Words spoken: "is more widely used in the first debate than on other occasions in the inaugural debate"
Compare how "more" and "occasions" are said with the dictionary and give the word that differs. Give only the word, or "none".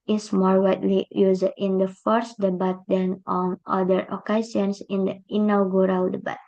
occasions